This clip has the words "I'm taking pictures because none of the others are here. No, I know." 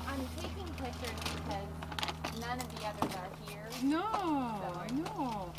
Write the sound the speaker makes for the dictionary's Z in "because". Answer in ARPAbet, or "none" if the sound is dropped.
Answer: Z